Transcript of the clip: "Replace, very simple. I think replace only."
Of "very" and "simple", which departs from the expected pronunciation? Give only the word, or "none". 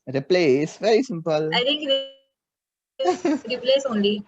none